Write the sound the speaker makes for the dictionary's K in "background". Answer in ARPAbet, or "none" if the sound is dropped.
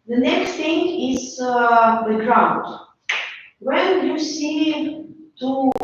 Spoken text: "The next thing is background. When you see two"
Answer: none